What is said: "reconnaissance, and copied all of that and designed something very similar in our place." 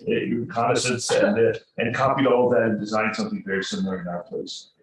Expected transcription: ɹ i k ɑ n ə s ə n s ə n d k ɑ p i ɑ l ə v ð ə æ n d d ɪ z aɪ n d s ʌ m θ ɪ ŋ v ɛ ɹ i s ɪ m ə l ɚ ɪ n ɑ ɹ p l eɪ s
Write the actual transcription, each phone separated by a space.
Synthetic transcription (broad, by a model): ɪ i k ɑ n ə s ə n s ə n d k ɑ p i ɑ l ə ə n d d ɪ z aɪ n s ʌ m θ ɪ ŋ v ɛ ɹ i s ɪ m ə l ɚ ɪ n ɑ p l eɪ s